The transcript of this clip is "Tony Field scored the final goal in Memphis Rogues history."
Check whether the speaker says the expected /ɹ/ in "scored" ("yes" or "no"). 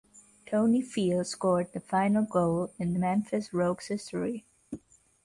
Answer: yes